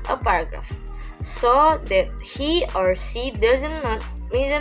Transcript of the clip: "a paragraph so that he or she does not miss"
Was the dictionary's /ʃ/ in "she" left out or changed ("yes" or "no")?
yes